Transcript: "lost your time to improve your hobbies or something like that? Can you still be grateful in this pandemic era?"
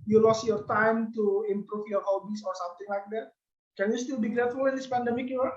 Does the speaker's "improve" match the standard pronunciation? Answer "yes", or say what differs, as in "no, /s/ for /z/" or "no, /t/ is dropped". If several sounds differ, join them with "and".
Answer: no, /f/ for /v/